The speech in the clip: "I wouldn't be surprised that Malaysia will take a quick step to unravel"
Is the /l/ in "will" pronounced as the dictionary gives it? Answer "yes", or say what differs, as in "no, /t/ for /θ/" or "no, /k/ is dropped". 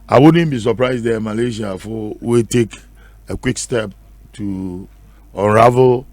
no, /w/ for /l/